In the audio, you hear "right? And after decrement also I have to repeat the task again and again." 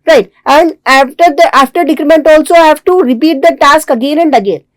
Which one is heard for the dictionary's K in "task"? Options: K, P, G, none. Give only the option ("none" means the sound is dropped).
K